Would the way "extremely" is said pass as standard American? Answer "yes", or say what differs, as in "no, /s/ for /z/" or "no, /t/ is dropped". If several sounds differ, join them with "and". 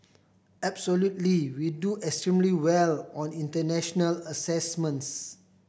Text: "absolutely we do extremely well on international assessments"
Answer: yes